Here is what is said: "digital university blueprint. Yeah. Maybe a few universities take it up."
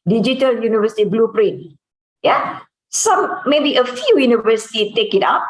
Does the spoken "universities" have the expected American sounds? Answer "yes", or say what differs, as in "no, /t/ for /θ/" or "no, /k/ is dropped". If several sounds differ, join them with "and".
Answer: no, /z/ is dropped